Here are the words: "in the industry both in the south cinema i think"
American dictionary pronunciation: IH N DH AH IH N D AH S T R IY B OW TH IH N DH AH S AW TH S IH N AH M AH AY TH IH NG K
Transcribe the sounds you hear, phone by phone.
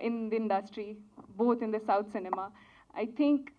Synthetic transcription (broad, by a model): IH N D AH IH N D AH S T R IY B OW T IH N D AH S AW T S IH N AH M AH AY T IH NG K